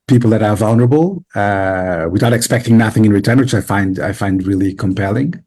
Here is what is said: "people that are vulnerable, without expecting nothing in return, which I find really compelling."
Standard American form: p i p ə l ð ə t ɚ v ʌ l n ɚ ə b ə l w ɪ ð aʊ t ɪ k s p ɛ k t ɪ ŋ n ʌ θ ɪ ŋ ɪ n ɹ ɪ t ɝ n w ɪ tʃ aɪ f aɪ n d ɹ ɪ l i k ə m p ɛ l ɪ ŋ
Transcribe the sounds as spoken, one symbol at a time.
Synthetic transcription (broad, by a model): p i p l ð ə t ɚ v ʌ l n ɚ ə b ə w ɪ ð aʊ t ɪ k s p ɛ k t ɪ ŋ n ʌ θ ɪ ŋ ɪ n ɹ ɪ t ɝ n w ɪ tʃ aɪ f aɪ n d ɹ ɪ l i k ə m p ɛ l ɪ ŋ